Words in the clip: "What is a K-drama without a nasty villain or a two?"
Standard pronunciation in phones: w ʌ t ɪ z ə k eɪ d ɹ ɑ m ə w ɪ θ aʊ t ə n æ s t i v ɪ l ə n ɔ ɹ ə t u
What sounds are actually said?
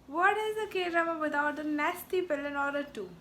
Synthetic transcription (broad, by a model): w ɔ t ɪ z ə k eɪ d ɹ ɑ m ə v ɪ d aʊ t ə n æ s t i p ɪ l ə n ɔ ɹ ə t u